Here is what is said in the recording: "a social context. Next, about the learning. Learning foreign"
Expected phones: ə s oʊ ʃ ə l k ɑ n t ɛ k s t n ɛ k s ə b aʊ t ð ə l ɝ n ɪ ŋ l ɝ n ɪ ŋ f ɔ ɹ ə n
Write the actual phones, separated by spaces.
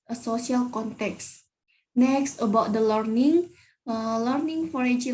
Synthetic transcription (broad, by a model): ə s oʊ s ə l k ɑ n t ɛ k s n ɛ k s ə b aʊ t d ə l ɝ n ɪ ŋ l ɝ n ɪ ŋ f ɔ ɹ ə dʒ